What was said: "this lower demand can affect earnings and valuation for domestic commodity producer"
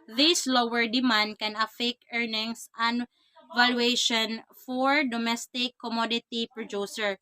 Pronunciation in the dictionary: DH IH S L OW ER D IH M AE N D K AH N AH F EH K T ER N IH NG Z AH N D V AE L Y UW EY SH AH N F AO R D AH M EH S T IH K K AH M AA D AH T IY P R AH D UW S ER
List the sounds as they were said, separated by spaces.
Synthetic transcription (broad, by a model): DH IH S L OW ER D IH M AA N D K AH N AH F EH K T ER N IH NG S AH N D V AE L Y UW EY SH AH N F AO R D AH M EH S T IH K K AH M AA D AH T IY P R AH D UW S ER